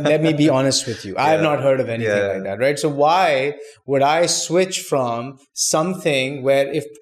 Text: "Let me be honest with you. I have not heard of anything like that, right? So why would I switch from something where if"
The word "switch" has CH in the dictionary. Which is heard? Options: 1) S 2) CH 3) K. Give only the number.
2